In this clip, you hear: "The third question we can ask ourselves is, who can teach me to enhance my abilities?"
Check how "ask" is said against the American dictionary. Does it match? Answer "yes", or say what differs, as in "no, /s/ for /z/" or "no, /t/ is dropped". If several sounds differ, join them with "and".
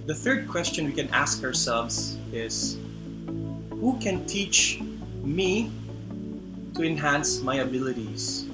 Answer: yes